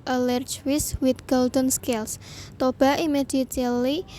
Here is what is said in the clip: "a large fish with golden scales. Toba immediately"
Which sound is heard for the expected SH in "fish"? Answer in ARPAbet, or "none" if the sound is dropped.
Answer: S